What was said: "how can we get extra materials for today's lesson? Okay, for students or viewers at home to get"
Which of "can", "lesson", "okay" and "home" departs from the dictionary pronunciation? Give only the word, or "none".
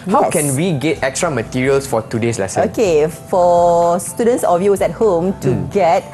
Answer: lesson